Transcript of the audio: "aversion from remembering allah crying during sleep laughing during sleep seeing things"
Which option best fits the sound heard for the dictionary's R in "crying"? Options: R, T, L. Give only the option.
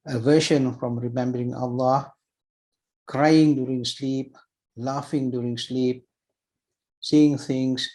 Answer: R